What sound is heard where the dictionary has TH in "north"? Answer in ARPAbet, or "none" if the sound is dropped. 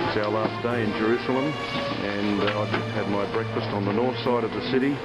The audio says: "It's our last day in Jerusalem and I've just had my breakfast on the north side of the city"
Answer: TH